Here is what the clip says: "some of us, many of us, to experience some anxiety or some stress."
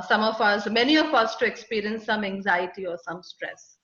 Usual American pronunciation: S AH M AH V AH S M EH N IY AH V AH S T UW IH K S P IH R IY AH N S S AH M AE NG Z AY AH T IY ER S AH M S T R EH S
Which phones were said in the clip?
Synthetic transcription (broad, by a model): S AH M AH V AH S M EH N IY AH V AH S T UW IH K S P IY R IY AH N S S AH M AE NG Z AY AH T IY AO S AH M S T R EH S